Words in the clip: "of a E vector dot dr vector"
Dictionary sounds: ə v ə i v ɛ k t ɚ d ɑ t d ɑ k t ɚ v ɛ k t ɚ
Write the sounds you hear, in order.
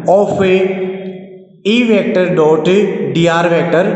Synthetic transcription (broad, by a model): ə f ə i v ɛ k t ɚ d ɑ t d ɑ t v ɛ k t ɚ